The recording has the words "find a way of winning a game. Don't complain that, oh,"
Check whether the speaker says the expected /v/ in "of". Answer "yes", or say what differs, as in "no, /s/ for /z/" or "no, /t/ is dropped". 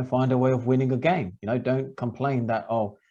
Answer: yes